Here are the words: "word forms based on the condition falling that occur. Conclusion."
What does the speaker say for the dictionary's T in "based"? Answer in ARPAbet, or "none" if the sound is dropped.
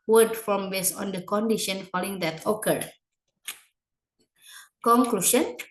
none